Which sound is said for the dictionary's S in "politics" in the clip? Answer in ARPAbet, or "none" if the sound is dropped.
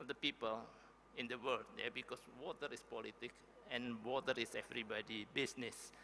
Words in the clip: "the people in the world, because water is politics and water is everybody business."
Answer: none